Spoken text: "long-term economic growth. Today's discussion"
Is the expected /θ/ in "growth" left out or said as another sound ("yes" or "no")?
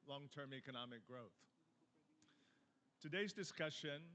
no